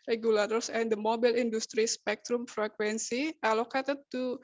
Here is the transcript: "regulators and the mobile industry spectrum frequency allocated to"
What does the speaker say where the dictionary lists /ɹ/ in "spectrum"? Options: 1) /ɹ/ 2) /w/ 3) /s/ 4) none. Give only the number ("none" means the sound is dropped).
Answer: 1